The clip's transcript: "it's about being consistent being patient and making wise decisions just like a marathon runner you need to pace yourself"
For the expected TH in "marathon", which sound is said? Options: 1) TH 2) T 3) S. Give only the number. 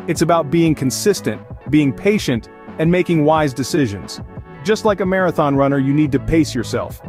1